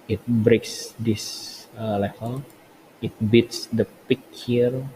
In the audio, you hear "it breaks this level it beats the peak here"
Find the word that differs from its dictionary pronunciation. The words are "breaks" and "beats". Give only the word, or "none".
none